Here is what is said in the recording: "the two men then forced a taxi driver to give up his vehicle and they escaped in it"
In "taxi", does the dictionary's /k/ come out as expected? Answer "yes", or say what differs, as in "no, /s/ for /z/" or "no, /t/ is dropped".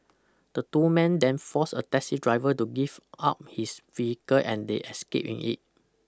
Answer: no, /k/ is dropped